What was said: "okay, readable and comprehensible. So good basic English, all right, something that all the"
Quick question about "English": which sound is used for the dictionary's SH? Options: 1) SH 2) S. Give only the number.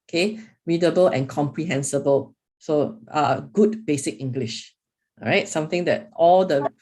1